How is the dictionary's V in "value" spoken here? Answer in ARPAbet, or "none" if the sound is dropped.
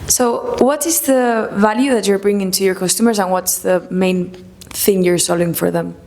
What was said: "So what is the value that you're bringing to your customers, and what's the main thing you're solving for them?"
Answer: V